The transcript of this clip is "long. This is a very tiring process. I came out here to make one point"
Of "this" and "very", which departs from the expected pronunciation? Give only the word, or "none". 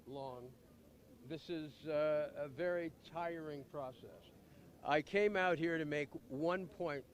none